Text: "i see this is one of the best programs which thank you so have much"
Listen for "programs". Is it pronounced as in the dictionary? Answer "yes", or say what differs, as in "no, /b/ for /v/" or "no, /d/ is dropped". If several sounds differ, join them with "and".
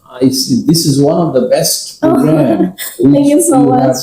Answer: no, /z/ is dropped